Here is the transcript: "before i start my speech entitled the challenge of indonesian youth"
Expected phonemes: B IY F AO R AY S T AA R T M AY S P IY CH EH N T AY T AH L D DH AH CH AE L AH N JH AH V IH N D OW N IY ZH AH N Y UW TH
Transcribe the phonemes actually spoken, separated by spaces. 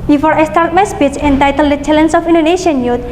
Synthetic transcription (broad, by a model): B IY F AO R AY S T AA R T M AY S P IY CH EH N T AY T AH L D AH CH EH L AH N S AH F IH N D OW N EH SH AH N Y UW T